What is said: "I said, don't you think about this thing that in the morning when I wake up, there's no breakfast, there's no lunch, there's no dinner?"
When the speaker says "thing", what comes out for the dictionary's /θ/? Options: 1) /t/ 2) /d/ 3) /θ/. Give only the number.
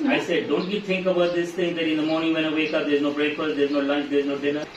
1